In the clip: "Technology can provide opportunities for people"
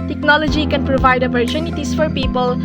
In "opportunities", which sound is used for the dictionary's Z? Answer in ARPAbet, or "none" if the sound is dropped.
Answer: S